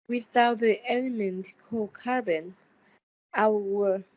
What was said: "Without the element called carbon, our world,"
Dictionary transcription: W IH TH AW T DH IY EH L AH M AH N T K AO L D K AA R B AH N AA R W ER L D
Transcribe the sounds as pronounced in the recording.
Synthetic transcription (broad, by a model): W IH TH AW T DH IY EH L AH M AH N T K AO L K AA R B AH N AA W W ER